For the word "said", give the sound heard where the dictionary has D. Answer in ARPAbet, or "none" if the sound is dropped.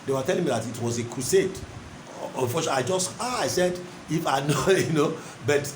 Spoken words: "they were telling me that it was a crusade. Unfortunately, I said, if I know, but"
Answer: D